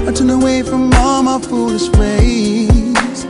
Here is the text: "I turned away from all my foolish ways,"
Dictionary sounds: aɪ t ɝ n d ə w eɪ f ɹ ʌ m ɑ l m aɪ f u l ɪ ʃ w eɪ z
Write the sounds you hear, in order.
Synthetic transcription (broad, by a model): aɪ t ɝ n ə w eɪ f ɹ ʌ m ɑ m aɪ f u l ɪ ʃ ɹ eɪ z